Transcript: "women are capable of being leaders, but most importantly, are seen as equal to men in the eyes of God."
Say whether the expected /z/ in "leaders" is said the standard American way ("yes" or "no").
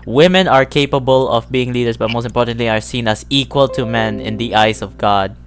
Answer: no